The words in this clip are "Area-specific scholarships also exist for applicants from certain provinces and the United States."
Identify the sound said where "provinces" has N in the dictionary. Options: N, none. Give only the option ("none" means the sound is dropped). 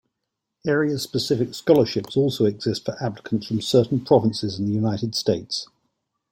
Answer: N